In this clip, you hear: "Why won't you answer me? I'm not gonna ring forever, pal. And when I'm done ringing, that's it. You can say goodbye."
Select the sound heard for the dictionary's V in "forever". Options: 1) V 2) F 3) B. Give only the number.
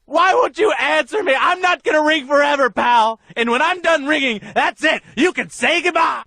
1